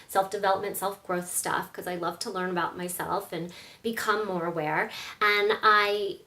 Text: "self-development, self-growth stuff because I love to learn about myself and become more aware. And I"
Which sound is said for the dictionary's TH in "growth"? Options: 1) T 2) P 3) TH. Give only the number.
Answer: 3